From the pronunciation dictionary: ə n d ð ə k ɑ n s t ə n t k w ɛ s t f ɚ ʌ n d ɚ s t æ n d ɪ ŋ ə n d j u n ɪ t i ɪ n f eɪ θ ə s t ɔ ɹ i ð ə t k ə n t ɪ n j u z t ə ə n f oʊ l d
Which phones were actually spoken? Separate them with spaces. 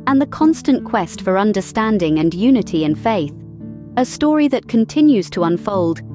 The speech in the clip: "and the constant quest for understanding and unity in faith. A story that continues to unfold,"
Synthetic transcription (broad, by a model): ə n ð ə k ɑ n s t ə n k w ɛ s t f ɚ ʌ n d ɚ s t æ n d ɪ ŋ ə n j u n ɪ t i ɪ n f eɪ θ ə s t ɔ ɹ i ð ə t k ə n t ɪ n j u z t ə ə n f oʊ l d